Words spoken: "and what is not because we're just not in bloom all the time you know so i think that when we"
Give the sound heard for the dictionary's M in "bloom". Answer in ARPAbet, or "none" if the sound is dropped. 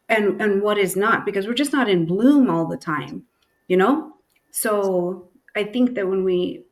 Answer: M